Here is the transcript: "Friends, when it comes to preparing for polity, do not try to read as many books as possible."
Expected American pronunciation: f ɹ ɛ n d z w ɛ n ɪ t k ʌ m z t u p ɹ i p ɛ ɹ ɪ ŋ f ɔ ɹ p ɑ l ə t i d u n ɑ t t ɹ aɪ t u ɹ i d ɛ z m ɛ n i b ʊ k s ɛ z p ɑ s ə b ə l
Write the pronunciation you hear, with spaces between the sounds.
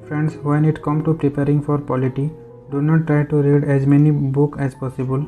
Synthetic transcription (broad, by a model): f ɹ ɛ n d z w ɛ n ɪ t k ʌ m t u p ɹ i p ɛ ɹ ɪ ŋ f ɔ ɹ p ɑ l ə t i d u n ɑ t t ɹ aɪ t u ɹ i d ɛ z m ɛ n i b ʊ k ɛ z p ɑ s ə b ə l